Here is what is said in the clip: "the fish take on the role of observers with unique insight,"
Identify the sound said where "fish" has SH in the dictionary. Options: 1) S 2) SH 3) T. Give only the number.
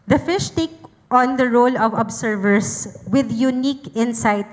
2